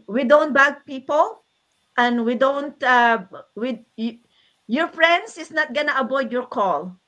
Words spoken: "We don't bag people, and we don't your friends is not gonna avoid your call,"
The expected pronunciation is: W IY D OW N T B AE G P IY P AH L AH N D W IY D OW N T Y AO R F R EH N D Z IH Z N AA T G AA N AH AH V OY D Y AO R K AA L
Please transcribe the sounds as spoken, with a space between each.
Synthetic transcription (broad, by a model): W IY D OW N T B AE G P IY P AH L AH N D W IY D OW N T Y AO R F R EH N D S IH S N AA T G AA N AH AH B OY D Y AO R K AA L